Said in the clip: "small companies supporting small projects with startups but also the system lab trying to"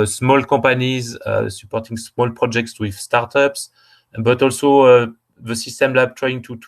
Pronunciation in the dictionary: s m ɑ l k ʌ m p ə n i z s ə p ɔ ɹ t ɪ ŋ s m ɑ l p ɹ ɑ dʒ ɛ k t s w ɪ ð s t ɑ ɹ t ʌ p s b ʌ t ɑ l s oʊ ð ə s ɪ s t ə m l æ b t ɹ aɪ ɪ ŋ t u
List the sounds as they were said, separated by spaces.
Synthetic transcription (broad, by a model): s m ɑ l k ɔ p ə n i z s ə p ɔ ɹ t ɪ ŋ s m ɑ l p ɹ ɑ dʒ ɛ k t s w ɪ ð s t ɑ ɹ t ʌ p s b ʌ t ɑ l s oʊ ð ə s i s t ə m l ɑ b t ɹ aɪ ɪ ŋ t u